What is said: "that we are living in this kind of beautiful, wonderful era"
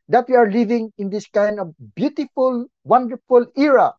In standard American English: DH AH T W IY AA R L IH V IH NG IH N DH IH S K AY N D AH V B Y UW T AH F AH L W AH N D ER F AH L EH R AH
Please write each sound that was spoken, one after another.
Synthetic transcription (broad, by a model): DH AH T W IY AA R L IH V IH NG IH N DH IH S K AY N D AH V B Y UW T AH F AH L W AH N D ER F AH L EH R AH